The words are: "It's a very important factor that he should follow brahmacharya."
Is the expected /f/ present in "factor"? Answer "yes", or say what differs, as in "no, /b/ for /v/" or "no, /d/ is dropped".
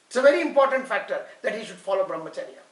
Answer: yes